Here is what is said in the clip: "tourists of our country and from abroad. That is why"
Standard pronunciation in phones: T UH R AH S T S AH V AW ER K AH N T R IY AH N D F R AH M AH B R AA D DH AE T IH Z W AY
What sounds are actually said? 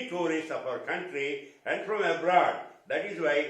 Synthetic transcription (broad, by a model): T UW R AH S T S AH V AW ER K AH N T R IY AH N D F R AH M AH B R AA D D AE T IH Z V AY